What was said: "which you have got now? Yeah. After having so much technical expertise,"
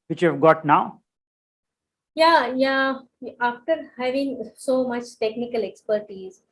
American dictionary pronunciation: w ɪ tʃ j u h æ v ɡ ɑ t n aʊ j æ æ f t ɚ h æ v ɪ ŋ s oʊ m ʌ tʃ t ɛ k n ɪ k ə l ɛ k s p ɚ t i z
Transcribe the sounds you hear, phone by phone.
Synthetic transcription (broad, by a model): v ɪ tʃ j u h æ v ɡ ɑ t n aʊ j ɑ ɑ f t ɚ h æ v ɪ ŋ s oʊ m ʌ tʃ t ɛ k n ɪ k ə l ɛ k s p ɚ t i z